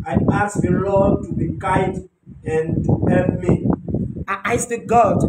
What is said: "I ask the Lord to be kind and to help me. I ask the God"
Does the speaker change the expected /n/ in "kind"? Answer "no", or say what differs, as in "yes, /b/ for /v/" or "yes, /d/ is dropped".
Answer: yes, /n/ is dropped